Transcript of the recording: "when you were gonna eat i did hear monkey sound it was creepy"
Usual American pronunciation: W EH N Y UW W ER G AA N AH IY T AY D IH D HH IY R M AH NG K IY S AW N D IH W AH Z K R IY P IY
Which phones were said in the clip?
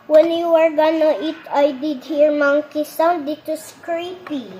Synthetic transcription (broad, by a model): W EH N Y UW W ER G AA N AH IY T AY D IH D HH IY R M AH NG K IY S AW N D IH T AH S K R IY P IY